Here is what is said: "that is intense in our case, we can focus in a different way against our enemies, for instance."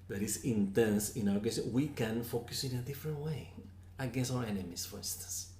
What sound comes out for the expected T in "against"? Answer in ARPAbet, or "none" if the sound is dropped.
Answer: none